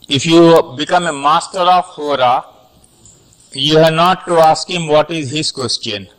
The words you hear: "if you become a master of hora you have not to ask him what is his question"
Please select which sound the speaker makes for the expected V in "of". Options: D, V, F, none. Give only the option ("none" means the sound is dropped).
F